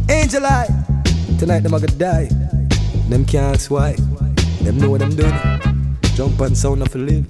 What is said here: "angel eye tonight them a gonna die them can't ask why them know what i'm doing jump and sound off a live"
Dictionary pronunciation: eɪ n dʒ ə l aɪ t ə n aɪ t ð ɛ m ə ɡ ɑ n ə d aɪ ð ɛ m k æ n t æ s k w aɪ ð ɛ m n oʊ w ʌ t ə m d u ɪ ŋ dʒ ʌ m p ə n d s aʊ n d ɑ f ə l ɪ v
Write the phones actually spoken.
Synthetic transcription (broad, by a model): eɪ n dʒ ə l aɪ t ə n aɪ t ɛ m ə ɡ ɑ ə d aɪ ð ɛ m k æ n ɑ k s w aɪ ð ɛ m n oʊ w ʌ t ə m d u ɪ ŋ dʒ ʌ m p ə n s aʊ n ɑ f ə l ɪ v